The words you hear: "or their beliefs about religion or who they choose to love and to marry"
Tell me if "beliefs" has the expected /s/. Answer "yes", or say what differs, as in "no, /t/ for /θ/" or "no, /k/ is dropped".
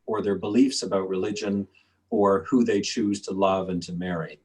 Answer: yes